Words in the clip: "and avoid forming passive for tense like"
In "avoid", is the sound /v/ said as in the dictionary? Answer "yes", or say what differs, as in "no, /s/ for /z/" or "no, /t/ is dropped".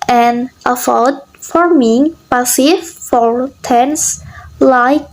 no, /f/ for /v/